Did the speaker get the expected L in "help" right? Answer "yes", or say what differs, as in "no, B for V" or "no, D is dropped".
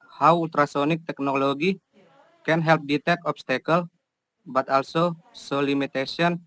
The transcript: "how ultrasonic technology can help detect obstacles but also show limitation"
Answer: yes